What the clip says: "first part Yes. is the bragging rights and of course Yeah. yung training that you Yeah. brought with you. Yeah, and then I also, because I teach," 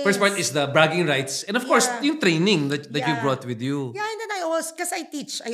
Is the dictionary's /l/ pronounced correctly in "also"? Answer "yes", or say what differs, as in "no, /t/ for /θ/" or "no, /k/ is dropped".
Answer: no, /w/ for /l/